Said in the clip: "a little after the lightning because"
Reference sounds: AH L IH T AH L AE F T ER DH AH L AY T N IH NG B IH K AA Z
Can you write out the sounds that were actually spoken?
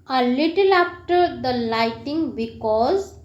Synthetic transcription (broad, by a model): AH L IH T AH L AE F T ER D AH L AY T IH NG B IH K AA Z